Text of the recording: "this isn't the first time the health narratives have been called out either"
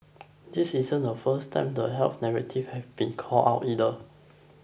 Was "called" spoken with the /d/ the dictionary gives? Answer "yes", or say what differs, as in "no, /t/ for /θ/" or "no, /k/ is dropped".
no, /d/ is dropped